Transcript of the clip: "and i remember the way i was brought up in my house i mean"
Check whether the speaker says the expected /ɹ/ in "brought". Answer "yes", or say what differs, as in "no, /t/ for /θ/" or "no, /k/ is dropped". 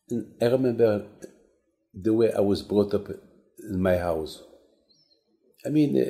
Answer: yes